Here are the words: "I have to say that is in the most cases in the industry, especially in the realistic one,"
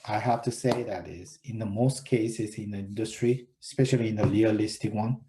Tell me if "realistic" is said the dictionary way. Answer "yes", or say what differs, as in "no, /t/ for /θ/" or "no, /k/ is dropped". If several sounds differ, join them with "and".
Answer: no, /l/ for /ɹ/